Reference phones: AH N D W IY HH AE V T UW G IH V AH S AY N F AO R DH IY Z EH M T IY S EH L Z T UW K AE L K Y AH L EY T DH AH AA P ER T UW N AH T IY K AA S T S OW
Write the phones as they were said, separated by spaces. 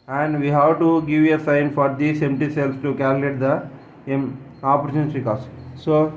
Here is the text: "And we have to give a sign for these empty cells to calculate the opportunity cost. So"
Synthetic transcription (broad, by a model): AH N D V IY HH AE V T UW G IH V AH S AY N F AO R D IY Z EH M T IY S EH L S T UW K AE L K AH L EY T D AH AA P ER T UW N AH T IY K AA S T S OW